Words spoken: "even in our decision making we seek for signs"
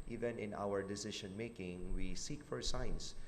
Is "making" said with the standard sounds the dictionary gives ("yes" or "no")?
yes